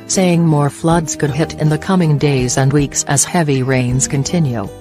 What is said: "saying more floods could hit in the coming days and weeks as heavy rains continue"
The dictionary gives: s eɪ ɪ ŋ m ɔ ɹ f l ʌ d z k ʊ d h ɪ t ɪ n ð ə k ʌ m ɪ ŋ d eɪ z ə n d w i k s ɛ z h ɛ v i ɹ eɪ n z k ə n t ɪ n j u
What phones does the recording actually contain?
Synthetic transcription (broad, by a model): s eɪ ɪ ŋ m ɔ ɹ f l ʌ d z k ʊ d h ɪ t ɪ n ð ə k ʌ m ɪ ŋ d eɪ z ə n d w i k s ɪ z h ɛ v i ɹ eɪ n z k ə n t ɪ n j u